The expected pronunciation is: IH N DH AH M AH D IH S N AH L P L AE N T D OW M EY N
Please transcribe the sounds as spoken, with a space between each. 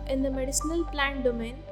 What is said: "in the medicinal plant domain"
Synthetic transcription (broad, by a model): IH N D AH M AH D IH S N AH L P L AE N T D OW M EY N